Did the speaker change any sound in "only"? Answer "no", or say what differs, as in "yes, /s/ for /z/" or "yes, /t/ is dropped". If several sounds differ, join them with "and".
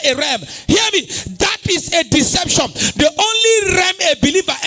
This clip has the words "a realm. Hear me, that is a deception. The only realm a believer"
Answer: no